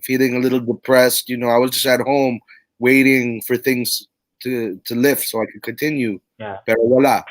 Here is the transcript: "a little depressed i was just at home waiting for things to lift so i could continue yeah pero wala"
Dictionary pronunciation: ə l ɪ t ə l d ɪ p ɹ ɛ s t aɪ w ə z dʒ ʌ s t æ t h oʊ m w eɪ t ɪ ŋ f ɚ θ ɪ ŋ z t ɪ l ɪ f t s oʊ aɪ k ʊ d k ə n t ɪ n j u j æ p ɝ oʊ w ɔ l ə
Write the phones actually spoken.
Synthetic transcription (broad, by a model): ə l ɪ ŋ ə l d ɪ p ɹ ɛ s t aɪ w ə z dʒ ʌ s t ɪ t h oʊ m w eɪ t ɪ ŋ f ɚ θ ɪ ŋ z t ɪ l ɪ f t s oʊ aɪ k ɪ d k ə n t ɪ n j u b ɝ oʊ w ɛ l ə